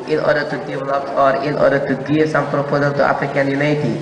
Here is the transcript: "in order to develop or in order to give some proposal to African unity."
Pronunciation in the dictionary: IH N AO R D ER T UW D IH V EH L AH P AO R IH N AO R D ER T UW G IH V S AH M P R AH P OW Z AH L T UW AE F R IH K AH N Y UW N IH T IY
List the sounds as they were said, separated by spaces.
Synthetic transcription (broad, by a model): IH N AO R D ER T UW D IH V EH L AH P AO R IH N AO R D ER T UW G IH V S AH M P R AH P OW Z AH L T UW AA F R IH K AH N Y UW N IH T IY